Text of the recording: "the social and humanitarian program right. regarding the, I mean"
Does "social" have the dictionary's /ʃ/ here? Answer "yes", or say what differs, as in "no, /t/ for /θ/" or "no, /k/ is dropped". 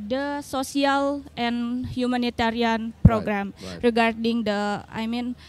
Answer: no, /s/ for /ʃ/